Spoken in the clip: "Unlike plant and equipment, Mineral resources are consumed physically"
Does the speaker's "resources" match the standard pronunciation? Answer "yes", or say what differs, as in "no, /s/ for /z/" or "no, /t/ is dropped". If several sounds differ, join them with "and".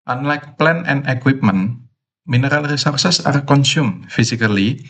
no, /s/ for /z/